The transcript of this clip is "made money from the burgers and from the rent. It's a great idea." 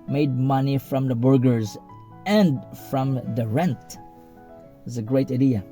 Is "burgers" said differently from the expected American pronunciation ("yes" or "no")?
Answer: no